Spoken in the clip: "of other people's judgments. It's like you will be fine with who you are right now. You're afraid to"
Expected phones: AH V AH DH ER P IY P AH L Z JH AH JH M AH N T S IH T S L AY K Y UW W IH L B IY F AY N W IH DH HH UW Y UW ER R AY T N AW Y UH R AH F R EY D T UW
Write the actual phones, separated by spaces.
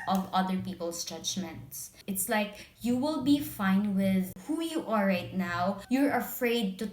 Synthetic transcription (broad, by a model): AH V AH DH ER P IY P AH L S JH AH JH M AH N T S IH T S L AY K Y UW W IH L B IY F AY N W IH DH HH UW Y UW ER R AY T N AW Y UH R AH F R EY D T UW